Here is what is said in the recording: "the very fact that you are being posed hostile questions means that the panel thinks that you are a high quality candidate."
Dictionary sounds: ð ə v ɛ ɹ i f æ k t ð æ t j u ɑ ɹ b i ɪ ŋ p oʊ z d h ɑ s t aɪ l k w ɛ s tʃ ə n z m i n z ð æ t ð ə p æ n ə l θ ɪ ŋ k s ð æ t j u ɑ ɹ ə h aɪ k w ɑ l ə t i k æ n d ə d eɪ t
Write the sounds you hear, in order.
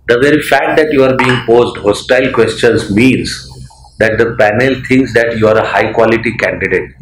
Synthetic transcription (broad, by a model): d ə v ɛ ɹ i f æ k t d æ t j u ɑ ɹ b i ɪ ŋ p oʊ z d h ɑ s t aɪ l k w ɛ s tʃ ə n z m i n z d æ t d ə p æ n ə l t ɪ ŋ k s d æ t j u ɑ ɹ ə h aɪ k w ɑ l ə t i k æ n d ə d eɪ t